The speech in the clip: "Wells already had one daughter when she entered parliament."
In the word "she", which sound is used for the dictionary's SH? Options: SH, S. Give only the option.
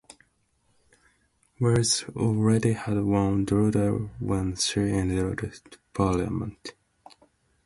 S